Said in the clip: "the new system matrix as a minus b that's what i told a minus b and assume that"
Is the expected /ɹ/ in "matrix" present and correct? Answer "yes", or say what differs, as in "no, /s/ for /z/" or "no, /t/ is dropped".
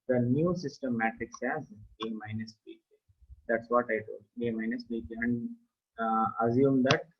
no, /ɹ/ is dropped